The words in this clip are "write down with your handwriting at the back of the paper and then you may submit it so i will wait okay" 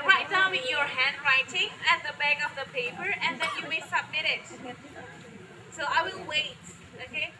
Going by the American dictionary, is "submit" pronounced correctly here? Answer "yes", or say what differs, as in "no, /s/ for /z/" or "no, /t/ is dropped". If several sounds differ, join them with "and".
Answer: yes